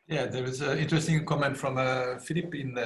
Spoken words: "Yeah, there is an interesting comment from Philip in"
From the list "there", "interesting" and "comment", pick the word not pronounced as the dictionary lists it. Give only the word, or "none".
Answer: there